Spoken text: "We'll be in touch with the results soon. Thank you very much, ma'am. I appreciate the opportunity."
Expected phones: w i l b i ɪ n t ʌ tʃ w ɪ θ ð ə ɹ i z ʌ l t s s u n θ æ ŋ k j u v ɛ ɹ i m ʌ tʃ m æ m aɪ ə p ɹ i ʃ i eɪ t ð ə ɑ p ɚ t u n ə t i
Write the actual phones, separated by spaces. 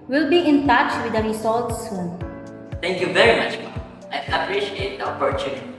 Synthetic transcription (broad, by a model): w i l b i ɪ n t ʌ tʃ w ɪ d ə ɹ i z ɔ l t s s u n t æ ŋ k j u v ɛ ɹ i m ʌ tʃ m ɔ aɪ ə p ɹ i ʃ i eɪ t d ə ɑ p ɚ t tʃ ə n